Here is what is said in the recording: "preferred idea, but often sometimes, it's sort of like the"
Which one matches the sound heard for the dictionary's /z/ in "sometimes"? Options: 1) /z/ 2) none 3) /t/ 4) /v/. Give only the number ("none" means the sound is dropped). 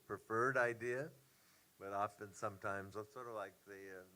1